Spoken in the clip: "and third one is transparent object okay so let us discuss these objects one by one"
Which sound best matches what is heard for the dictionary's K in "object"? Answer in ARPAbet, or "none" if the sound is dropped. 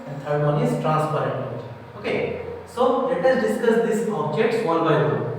none